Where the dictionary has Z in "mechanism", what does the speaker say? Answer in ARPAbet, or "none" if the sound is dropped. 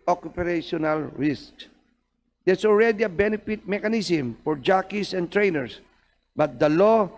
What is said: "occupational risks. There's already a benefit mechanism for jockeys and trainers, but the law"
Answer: S